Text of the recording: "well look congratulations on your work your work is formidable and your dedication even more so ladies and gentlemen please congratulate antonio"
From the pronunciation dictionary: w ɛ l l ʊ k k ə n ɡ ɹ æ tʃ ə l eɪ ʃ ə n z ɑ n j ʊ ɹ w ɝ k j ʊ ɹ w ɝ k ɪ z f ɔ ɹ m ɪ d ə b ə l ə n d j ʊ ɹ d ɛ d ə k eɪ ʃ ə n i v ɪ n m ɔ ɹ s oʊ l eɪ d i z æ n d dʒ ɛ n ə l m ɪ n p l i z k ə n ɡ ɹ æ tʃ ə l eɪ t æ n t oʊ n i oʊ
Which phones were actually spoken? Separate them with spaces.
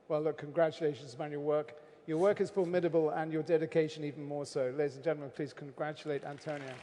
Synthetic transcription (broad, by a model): w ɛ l l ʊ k k ə n ɡ ɹ æ tʃ ə l eɪ ʃ ə n z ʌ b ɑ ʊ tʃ w ɝ k j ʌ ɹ w ɝ k ɪ z f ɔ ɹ m ɪ d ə b ə l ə n j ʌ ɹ d ɛ d ə k eɪ ʃ ə n i v ɪ n m ɔ ɹ s oʊ l eɪ d i z n dʒ ɛ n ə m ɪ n p l i z k ə n ɡ ɹ æ tʃ ə l eɪ t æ n t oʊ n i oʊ